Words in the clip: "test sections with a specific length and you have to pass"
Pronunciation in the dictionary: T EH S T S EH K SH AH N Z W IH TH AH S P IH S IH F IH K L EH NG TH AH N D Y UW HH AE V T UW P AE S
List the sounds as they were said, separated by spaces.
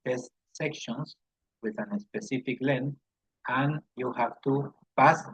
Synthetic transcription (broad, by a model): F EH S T S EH K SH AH N S W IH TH AH S P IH S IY F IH K L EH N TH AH N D Y UW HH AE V T UW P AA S